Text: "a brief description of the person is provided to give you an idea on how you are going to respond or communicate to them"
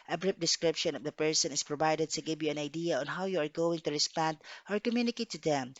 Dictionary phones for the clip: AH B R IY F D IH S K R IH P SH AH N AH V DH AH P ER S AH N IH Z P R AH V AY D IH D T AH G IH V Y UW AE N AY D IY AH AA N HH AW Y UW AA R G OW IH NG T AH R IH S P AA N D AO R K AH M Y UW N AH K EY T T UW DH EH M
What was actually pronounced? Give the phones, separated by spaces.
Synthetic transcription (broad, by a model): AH B R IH P D IH S K R IH P SH AH N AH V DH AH P ER S AH N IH S P R AH V AY D IH D T AH G IH V Y UW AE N AY D IY AH AA N HH AW Y UW AA R G OW IH NG T AH R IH S P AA N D AO R K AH M Y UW N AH K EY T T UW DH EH M